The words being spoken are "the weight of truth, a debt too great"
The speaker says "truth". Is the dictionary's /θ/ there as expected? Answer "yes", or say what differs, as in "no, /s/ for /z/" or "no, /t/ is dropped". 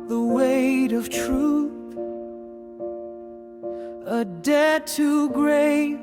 yes